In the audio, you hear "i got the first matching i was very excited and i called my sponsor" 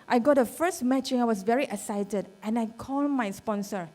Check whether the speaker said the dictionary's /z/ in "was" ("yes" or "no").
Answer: no